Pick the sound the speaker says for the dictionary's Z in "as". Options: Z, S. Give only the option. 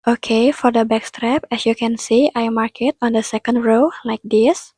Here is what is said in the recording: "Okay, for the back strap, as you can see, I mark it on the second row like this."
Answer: S